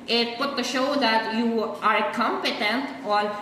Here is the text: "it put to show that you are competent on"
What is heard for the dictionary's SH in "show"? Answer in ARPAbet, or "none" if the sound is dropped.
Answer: SH